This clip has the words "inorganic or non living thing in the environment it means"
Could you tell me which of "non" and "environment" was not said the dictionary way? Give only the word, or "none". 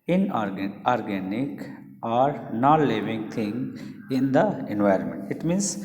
none